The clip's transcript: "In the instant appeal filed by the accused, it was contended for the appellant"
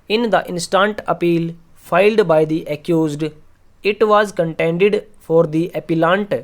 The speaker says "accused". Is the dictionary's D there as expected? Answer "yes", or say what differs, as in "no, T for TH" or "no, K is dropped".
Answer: yes